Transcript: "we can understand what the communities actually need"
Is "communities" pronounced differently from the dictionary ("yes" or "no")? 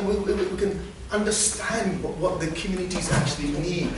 no